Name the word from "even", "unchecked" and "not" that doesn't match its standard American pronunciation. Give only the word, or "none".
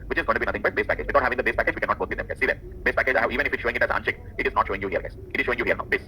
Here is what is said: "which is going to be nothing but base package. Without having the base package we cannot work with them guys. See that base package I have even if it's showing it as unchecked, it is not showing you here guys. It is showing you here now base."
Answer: unchecked